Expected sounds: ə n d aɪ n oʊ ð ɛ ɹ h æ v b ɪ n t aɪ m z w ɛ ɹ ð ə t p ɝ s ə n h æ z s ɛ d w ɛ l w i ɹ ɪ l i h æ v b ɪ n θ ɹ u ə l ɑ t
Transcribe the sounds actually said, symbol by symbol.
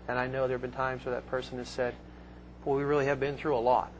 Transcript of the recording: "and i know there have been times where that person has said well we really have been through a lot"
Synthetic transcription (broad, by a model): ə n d aɪ n oʊ ð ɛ ɹ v b ɪ n t aɪ m z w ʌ ɹ ð ə t p ɝ s ə n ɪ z s ɛ d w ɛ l w i ɹ ɪ l i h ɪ v b ɪ n θ ɹ u ə l ɑ t